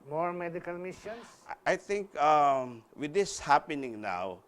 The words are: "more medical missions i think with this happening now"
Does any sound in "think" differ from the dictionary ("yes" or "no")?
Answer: yes